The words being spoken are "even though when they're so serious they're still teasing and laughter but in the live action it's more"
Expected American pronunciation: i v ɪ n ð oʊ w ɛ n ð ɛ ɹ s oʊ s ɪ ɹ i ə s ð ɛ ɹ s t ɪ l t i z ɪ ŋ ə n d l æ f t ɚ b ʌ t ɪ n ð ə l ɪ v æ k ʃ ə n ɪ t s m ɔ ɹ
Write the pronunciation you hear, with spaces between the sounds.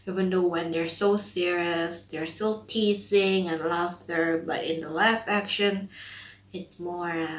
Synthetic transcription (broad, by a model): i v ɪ n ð oʊ w ɛ n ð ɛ ɹ s oʊ s ɪ ɹ i ə s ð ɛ ɹ s t ɪ l t i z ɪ ŋ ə n l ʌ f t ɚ b ʌ t ɪ n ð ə l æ f æ k ʃ ə n ɪ t s m ɔ ɹ